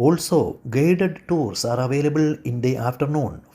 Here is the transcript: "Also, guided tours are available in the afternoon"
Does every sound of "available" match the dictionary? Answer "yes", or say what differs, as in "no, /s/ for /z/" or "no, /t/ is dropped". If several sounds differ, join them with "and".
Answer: yes